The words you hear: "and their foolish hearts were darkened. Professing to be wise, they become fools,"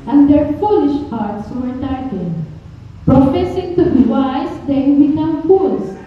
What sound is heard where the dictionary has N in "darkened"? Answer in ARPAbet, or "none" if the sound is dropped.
none